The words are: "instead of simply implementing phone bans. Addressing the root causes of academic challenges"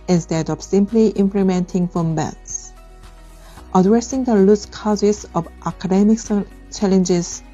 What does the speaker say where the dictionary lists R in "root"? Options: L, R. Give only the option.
L